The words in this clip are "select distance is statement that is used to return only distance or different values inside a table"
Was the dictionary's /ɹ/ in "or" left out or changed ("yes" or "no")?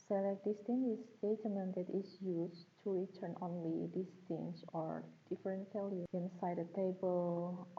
no